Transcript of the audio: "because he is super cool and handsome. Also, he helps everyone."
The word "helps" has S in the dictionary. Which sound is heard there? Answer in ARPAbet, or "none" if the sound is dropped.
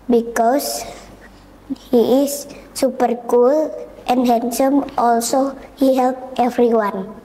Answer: none